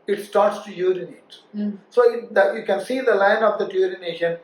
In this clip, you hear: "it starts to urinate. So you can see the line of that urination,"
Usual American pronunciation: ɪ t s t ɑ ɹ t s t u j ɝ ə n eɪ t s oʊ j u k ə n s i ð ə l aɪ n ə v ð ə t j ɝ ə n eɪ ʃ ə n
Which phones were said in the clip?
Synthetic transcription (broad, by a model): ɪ t s t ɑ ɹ t s t u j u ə n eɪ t s oʊ j u k ə n s i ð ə l aɪ n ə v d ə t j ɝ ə n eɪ ʃ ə n